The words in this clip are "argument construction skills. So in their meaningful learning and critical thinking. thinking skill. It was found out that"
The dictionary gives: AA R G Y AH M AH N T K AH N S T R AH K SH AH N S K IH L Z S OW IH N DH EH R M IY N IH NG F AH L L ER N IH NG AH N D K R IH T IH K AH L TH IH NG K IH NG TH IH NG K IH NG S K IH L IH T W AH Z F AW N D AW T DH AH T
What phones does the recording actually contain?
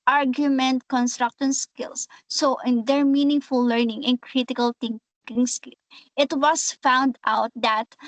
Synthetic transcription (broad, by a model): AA R G Y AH M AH N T K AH N S T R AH K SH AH N S K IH L S OW IH N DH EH R M IY N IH NG F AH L L ER N IH NG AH N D K R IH T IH K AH L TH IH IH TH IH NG K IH NG S K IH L IH T W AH S F AW N D AW T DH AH T